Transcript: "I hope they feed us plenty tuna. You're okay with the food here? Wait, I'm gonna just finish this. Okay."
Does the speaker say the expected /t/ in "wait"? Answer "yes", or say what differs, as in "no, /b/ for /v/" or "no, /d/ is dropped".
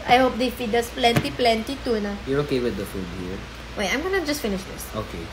no, /t/ is dropped